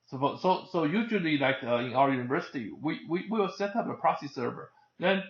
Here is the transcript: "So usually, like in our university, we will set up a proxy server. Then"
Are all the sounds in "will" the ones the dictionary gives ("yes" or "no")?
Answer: no